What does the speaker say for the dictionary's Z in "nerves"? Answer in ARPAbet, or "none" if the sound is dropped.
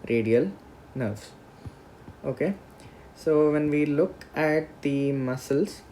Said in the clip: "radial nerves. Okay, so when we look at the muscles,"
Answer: S